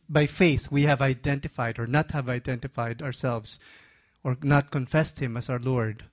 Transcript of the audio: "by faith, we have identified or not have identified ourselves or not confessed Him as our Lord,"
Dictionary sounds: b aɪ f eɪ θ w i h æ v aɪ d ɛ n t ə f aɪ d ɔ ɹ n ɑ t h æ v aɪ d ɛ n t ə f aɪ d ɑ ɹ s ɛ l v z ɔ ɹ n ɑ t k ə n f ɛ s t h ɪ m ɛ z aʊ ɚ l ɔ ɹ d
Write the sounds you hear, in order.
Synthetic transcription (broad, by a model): b aɪ f eɪ θ w i h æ v aɪ d ɛ n t ə f aɪ d ɔ ɹ n ɑ t h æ v aɪ d ɛ n t ə f aɪ d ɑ ɹ s ɛ l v s ɔ ɹ n ɑ t k ə n f ɛ s t h ɪ m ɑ s aʊ ɚ l ɔ ɹ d